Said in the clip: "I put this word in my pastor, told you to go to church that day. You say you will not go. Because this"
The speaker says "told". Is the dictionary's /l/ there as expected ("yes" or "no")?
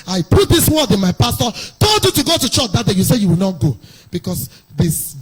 no